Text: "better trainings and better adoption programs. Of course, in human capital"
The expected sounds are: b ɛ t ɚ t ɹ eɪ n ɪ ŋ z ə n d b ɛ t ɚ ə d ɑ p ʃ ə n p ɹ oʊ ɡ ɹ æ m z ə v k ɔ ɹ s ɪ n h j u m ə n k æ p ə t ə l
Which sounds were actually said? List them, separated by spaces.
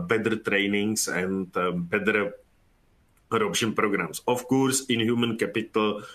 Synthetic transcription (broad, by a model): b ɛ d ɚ t ɹ eɪ n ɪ ŋ s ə n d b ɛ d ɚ ə d ɑ p ʃ ə n p ɹ oʊ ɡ ɹ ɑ m s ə f k ɔ ɹ s ɪ n h j u m ə n k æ p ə t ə l